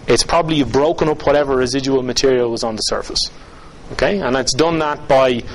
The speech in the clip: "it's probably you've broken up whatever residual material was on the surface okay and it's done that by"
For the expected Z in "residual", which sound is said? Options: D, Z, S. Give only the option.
Z